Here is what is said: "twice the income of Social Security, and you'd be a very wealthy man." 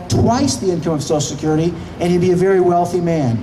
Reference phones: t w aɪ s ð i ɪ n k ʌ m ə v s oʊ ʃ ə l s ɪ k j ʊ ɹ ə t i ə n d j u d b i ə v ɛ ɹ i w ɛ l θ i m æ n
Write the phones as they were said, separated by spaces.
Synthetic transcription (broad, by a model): t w aɪ s ð i ɪ n k ʌ m ə v s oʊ ə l s ɪ k j ʊ ɹ ə t i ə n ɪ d b i ə v ɛ ɹ i w ɛ l θ i m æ n